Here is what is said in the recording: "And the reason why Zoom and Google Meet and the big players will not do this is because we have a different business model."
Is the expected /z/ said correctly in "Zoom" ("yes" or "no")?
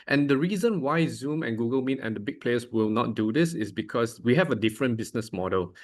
yes